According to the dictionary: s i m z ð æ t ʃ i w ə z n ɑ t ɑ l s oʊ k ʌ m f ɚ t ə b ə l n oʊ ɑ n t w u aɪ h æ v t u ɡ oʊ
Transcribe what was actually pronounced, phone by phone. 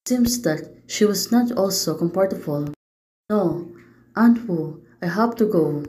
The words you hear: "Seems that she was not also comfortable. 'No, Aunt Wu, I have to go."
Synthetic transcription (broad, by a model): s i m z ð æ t ʃ i w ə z n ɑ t ɑ l s oʊ k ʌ m p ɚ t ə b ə l n oʊ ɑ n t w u aɪ h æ p t u ɡ oʊ